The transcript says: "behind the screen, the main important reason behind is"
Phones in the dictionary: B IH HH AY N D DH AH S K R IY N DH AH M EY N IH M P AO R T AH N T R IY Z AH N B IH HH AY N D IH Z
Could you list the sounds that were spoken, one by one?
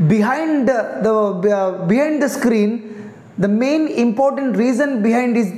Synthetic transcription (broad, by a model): B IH HH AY N D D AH S K R IY N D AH M EY N IH M P AO R T AH N T R IY Z AH N B IH HH AY N D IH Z